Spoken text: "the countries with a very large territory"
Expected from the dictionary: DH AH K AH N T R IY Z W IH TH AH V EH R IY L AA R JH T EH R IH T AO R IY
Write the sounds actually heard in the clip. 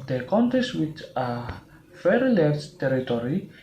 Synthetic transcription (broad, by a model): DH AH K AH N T IY S W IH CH AH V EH R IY L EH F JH T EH R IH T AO R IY